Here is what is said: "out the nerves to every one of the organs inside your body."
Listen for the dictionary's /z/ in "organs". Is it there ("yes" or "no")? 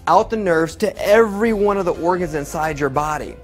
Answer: yes